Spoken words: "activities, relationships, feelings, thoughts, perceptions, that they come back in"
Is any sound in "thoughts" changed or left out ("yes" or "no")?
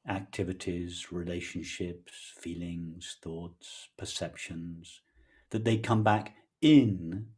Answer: no